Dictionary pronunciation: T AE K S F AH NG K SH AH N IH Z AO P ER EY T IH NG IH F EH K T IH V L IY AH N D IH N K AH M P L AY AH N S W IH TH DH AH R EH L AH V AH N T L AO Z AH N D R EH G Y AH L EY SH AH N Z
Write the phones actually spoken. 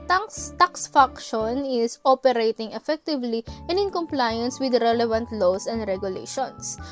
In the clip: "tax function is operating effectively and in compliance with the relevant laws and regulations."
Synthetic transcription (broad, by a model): T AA K S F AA K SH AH N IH S AO P ER EY T IH NG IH F EH K T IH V L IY AH N D IH N K AH M P L AY AH N S W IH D R EH L AH V AH N T L AO S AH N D R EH G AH L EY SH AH N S